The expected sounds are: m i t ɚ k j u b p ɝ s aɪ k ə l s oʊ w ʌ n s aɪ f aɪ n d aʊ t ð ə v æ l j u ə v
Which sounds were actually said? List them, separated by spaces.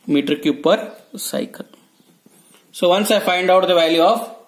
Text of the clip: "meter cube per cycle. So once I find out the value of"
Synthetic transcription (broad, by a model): m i t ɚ k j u p ɝ s aɪ k ə l s oʊ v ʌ n s aɪ f aɪ n d aʊ t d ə v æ l j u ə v